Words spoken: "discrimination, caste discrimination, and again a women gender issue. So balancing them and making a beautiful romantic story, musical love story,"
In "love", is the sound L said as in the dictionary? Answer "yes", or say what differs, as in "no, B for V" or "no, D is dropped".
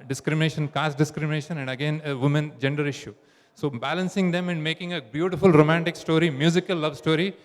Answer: yes